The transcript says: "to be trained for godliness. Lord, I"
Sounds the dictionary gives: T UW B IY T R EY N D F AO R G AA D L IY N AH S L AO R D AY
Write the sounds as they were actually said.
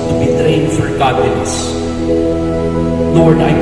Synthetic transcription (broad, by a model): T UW B IY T R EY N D F AO R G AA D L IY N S N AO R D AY